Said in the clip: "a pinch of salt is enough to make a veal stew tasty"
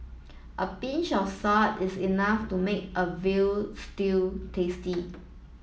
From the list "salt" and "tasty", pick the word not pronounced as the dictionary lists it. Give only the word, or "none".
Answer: salt